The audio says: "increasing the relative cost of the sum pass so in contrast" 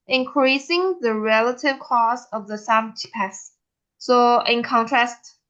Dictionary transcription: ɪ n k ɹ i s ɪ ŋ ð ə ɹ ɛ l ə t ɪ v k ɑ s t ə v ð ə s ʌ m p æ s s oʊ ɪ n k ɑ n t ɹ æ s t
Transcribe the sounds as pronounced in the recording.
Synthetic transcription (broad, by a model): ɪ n k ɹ i s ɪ ŋ ð ə ɹ ɛ l ə t ɪ v k ɑ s ə v ð ə s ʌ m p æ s s oʊ ɪ n k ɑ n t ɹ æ s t